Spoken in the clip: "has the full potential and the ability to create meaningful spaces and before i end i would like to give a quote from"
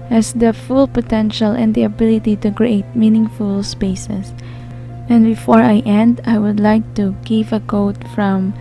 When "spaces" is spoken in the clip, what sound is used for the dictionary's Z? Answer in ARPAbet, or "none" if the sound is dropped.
S